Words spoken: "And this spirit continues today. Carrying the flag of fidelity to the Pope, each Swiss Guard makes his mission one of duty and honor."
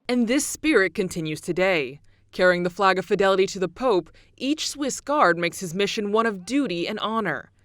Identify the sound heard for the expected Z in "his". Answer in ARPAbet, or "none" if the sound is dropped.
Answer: Z